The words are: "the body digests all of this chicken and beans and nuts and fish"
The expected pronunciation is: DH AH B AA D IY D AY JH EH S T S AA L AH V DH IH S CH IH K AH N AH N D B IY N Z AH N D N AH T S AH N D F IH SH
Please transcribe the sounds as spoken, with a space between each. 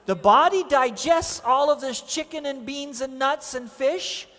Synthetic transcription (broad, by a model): DH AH B AA D IY D AY JH EH S T S AA L AH V DH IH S CH IH K AH N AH N B IY N Z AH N N AH T S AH N F IH SH